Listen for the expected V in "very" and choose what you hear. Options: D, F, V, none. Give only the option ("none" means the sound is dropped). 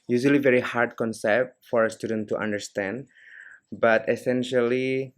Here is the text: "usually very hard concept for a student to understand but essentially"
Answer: V